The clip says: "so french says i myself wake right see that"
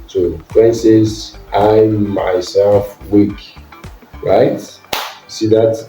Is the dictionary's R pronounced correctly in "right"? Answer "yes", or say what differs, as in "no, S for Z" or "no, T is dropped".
yes